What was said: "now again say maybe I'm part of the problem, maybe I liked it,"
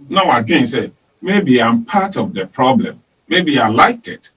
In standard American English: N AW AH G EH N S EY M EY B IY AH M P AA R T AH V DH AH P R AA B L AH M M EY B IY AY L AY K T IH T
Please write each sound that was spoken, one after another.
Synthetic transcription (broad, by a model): N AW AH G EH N S EY M EY B IY AH M P AA T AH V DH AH P R AA B L AH M M EY B IY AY L AY K T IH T